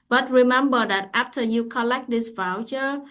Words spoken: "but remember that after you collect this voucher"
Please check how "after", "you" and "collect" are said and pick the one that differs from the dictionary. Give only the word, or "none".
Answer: none